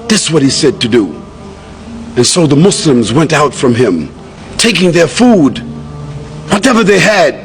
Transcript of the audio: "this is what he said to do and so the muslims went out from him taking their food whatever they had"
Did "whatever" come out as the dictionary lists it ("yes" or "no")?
yes